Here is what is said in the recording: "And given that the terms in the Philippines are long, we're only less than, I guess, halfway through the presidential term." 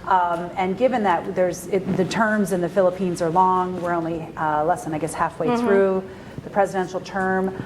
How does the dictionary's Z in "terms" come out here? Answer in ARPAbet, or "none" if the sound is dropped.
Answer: Z